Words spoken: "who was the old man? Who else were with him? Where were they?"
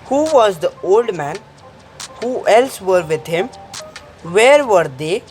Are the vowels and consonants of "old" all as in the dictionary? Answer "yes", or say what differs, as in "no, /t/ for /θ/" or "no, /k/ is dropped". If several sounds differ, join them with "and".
yes